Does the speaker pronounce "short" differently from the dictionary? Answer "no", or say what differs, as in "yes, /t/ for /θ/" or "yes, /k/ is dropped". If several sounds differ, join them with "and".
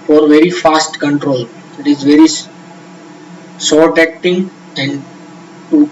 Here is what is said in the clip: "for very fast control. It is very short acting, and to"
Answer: yes, /s/ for /ʃ/